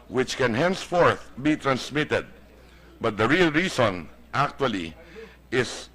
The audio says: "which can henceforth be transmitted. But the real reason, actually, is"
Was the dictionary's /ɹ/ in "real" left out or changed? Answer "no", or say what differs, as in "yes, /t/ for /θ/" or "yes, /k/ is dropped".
no